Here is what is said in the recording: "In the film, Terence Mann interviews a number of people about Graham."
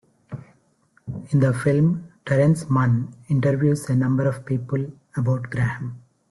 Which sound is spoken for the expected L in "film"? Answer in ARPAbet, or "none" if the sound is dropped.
L